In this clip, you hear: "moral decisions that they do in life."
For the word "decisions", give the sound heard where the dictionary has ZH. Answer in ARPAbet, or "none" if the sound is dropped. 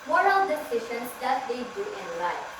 SH